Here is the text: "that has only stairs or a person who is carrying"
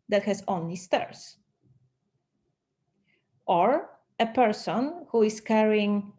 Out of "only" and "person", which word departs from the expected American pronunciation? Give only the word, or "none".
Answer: none